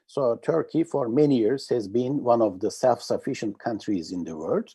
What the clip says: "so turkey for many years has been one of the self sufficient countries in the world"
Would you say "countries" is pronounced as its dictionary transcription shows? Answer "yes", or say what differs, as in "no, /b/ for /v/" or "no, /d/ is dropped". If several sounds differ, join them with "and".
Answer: yes